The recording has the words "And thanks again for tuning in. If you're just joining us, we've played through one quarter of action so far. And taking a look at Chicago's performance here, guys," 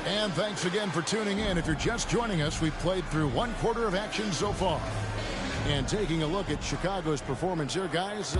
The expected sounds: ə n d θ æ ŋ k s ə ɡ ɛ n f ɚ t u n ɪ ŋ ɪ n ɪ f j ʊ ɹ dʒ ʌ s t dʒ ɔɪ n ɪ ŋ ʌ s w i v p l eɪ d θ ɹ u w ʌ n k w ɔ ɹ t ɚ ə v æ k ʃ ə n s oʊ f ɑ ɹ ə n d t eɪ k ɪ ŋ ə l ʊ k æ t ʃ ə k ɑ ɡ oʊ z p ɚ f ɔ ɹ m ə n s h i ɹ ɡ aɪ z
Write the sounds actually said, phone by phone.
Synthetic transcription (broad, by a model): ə n θ æ ŋ k s ə ɡ ɛ n f ɚ t u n ɪ ŋ ɪ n ɪ f j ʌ ɹ dʒ ʌ s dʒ ɔɪ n ɪ ŋ ʌ s w i v p l eɪ d θ ɹ u w ʌ n k w ɔ ɹ t ɚ ə v æ k ʃ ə n s oʊ f ɑ ɹ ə n t eɪ k ɪ ŋ ə l ʊ k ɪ t ʃ ə k ɑ ɡ oʊ z p ɚ f ɔ ɹ m ə n s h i ɹ ɡ aɪ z